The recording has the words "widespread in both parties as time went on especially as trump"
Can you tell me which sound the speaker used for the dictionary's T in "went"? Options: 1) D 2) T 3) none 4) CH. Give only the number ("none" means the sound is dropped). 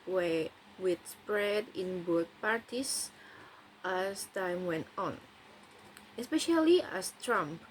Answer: 2